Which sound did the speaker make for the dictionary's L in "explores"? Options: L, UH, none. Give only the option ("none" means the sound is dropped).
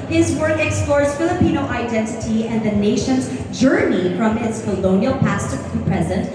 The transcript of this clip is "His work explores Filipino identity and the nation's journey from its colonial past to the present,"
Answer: L